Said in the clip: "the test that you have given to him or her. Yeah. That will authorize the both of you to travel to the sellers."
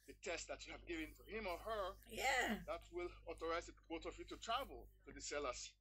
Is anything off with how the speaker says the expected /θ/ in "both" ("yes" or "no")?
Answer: yes